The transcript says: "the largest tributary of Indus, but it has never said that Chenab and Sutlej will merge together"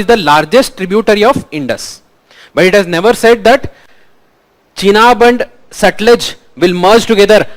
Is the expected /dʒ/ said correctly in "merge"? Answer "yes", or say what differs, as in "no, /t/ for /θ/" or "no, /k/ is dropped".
yes